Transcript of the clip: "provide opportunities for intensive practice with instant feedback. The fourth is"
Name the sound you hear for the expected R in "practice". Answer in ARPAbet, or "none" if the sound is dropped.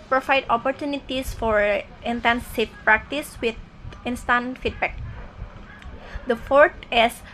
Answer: R